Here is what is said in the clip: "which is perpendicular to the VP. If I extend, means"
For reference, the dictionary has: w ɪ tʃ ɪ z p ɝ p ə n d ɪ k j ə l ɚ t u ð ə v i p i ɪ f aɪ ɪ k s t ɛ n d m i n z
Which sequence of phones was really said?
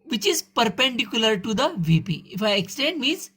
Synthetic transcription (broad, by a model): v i tʃ ɪ z p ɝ p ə n d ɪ k j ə l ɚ t u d ə v i p i ɪ f aɪ ɪ k s t ɛ n d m i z